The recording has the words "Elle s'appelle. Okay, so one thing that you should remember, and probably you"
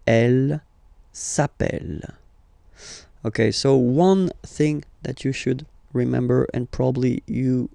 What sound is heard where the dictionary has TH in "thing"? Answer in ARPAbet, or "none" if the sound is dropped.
TH